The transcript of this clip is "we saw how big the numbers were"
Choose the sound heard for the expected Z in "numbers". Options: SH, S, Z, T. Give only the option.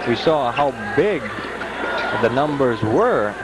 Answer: Z